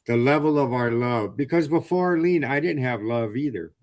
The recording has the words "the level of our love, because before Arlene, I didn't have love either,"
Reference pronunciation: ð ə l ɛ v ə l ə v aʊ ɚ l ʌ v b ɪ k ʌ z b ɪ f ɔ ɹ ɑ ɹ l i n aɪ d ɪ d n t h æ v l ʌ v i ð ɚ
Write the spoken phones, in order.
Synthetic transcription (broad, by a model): ð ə l ɛ v l ə v aʊ ɚ l ʌ v b ɪ k ʌ z b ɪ f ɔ ɑ ɹ l i n aɪ d ɪ d n t h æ v l ʌ v i ð ɚ